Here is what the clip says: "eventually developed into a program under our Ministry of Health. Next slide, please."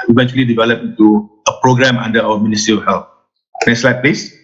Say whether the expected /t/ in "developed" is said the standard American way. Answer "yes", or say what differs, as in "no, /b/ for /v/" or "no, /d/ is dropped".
no, /t/ is dropped